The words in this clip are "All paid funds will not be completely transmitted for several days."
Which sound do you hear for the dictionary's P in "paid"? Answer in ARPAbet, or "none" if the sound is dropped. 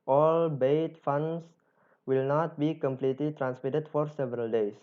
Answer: B